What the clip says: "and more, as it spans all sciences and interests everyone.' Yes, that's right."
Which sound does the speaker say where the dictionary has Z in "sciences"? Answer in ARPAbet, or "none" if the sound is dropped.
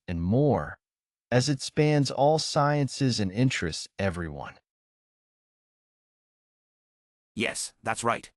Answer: Z